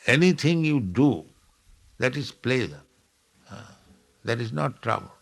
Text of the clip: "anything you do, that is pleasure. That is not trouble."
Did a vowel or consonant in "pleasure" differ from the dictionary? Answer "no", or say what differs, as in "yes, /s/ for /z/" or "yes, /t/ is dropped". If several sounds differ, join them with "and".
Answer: yes, /z/ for /ʒ/